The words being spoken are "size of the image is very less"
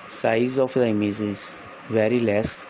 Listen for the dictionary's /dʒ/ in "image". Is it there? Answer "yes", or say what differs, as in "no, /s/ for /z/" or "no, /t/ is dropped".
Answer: no, /z/ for /dʒ/